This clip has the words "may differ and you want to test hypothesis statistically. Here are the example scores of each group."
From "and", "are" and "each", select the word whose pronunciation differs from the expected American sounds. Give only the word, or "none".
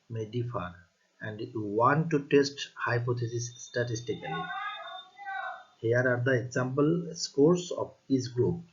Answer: each